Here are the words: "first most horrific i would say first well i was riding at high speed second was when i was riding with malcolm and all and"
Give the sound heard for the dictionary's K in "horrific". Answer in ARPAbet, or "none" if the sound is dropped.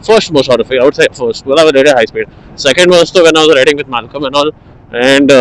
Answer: none